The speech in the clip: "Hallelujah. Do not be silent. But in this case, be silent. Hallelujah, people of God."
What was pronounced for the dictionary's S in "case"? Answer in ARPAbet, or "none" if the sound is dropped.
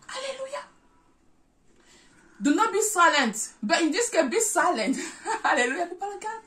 none